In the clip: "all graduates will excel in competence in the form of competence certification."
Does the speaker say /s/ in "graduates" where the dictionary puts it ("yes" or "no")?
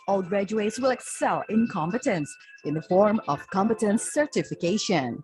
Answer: yes